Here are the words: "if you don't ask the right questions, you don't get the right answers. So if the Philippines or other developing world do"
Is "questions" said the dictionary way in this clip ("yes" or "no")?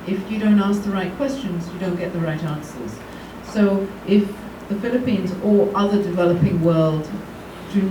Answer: yes